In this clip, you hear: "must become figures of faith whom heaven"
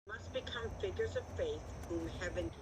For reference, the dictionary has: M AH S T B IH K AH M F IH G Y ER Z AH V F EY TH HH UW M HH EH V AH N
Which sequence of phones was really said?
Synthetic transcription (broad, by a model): M AH S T B IH K AH M F IH G Y ER Z AH V F EY TH HH UW M HH EH V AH N